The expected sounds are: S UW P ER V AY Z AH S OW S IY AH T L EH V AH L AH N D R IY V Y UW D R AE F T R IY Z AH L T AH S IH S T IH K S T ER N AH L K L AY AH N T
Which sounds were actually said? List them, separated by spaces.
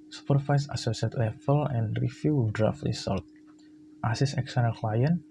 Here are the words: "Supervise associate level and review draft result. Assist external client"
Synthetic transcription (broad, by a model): S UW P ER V AY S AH S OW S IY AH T L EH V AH L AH N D R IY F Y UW D R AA F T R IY S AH L T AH S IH S IH K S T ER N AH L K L AY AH N